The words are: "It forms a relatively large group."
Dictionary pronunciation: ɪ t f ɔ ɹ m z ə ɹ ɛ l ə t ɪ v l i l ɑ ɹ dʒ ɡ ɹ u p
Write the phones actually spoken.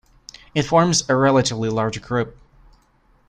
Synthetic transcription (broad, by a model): ɪ t f ɔ ɹ m z ə ɹ ɛ l ə t ɪ v l i l ɑ ɹ dʒ ɡ ɹ u p